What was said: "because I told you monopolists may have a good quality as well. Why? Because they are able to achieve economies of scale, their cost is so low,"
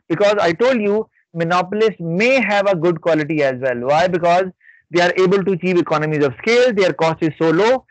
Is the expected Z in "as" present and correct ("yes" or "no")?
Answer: yes